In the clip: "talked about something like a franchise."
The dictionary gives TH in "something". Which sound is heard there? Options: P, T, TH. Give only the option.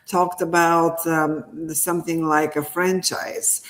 TH